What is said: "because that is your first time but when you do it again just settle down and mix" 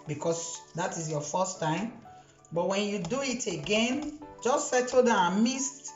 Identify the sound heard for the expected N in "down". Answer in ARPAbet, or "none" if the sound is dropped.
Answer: none